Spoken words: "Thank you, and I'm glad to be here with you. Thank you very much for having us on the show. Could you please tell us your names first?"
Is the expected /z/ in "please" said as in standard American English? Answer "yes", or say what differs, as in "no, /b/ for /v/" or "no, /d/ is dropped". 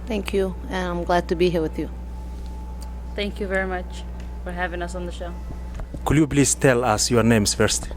no, /s/ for /z/